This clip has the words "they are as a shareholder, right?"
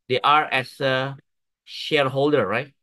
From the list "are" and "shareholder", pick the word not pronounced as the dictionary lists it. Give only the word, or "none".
none